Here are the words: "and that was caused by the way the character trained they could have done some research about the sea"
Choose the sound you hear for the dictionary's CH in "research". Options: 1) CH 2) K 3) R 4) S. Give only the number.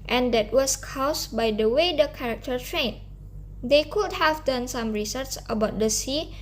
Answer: 4